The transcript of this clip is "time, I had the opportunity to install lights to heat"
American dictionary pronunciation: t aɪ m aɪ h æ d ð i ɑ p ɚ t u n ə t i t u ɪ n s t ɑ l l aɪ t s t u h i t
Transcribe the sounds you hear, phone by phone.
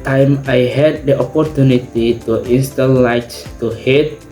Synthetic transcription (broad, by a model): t aɪ m aɪ h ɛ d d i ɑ p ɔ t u n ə t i t u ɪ n s t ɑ n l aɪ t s t u h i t